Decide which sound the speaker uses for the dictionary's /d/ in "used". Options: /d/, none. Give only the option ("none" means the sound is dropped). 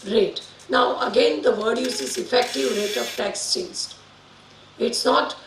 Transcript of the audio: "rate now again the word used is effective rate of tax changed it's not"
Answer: none